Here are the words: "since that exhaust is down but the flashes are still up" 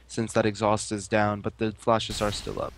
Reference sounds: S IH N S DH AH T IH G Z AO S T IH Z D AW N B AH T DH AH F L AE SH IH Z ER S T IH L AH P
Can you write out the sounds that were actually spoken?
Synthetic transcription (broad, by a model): S IH N S DH AH T IH G Z AO S T IH Z D AW N B AH T DH AH F L AE SH IH Z ER S T IH L AH P